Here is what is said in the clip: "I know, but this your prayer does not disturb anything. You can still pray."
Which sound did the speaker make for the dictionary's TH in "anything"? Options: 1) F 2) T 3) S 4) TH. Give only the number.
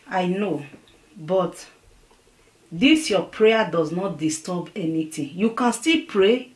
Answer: 2